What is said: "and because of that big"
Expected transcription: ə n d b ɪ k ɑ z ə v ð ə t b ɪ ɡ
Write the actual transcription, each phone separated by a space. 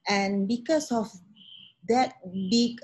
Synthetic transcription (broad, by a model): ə n b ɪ k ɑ s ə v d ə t b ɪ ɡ